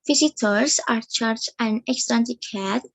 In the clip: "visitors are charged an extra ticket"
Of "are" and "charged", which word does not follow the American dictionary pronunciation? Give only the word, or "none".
charged